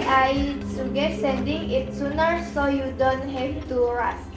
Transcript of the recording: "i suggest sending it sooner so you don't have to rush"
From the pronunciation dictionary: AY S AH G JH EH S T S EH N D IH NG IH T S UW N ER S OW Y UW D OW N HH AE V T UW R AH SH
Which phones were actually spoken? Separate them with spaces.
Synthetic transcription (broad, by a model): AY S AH G EH T S EH N D IH NG IH T S UW N ER S OW Y UW D OW N HH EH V T UW R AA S